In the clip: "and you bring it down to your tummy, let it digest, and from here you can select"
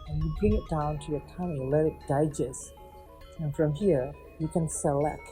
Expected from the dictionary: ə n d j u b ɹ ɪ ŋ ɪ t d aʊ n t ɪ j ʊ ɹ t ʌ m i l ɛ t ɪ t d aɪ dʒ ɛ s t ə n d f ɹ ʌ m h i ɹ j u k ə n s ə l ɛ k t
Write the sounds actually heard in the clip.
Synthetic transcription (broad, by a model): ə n j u b ɹ ɪ ŋ ɪ t d aʊ n t ɪ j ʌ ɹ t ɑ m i l ɛ t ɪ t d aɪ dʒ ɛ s ə n f ɹ ʌ m h i ɹ j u k ə n s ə l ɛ k t